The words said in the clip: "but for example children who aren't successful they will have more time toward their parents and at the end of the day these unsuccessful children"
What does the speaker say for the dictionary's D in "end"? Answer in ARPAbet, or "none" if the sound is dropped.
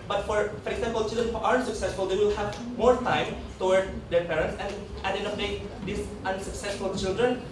none